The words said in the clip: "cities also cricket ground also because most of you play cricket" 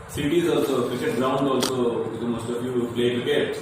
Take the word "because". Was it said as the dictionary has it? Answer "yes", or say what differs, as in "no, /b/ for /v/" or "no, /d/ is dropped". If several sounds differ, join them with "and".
no, /z/ is dropped